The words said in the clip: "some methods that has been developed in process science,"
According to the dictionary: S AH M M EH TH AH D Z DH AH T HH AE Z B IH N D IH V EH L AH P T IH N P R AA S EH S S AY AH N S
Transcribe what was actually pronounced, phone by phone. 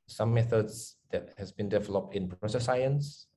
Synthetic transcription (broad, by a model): S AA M M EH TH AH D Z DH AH T HH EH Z B IH N D IH V EH L AH P T IH N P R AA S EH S S AY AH N S